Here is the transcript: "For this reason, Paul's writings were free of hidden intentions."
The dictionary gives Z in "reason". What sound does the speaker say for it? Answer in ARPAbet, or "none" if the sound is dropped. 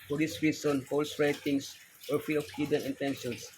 S